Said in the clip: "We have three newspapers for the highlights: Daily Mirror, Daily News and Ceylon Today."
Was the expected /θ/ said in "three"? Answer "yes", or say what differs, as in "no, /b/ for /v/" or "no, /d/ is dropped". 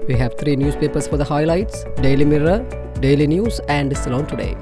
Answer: no, /t/ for /θ/